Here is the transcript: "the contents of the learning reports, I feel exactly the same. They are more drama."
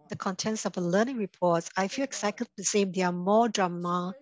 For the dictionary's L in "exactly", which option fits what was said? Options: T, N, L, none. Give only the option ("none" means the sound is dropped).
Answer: none